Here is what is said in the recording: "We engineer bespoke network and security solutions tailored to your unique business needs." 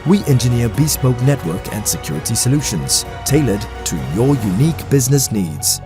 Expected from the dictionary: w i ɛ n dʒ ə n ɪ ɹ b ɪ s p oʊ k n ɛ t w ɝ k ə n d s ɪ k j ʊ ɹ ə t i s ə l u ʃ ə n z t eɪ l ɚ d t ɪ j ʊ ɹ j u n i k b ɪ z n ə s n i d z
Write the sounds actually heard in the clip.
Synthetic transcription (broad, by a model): w i ɛ n dʒ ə n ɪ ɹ b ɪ s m oʊ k n ɛ t w ɝ k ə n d s ɪ k j ʊ ɹ ə t i s ə l u ʃ ə n z t eɪ l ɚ d t ɪ j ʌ ɹ j u n i k b ɪ z n ə s n i d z